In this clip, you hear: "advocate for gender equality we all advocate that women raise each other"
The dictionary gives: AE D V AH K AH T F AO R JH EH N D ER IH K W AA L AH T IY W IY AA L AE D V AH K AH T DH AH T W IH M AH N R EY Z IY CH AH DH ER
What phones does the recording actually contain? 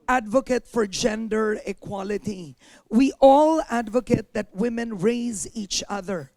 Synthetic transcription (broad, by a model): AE D V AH K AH T F AO R JH EH N D ER IH K W AA L AH T IY W IY AA L AE D V AH K AH T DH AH T W IH M AH N R EY Z IY CH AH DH ER